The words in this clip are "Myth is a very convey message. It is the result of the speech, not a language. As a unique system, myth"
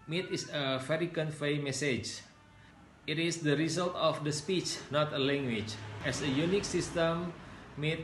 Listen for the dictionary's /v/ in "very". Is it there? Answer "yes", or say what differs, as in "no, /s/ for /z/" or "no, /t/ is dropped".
no, /f/ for /v/